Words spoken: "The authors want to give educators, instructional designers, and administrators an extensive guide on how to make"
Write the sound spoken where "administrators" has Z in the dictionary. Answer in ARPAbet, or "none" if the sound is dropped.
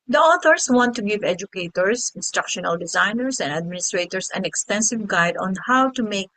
S